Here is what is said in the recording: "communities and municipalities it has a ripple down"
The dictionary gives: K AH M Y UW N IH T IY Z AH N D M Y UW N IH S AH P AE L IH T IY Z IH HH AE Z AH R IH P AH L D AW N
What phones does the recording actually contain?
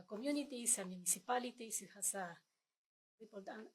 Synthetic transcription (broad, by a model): K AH M Y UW N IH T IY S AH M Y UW N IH S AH P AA L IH T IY S IH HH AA S AH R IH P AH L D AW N